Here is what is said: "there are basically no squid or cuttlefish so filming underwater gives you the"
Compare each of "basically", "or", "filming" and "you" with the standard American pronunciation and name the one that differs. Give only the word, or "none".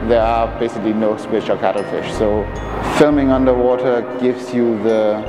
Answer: or